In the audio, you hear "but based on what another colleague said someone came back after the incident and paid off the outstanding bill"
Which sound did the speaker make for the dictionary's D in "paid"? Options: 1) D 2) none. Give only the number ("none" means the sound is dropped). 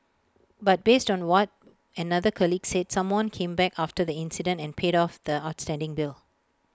1